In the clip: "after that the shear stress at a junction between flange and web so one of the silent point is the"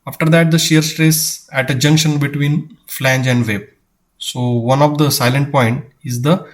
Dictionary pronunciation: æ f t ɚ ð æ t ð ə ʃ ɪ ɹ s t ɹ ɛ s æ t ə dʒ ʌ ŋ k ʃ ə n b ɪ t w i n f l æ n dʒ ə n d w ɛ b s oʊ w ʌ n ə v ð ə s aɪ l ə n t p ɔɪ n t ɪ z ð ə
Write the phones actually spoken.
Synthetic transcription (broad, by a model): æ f t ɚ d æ t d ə ʃ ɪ ɹ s t ɹ ɛ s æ t ə dʒ ʌ ŋ k ʃ ə n b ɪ t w i n f l æ n dʒ ə n d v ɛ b s oʊ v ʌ n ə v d ə s aɪ l ə n t p ɔɪ n t ɪ z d ə